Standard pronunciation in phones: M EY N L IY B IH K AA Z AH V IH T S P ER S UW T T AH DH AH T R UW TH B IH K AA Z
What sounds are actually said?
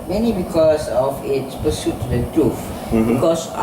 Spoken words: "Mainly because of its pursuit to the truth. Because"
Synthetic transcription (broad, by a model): M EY N IY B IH K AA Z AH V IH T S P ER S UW T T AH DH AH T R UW F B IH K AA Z